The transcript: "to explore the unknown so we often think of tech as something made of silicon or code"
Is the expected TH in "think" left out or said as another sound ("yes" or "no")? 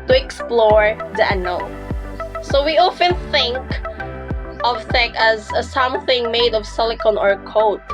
no